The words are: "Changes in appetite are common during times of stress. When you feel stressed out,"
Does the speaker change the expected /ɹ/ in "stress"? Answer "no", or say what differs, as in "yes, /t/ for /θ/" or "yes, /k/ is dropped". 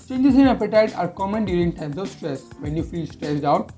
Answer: no